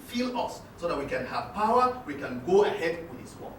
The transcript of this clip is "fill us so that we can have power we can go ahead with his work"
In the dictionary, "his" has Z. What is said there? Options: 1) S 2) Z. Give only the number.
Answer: 1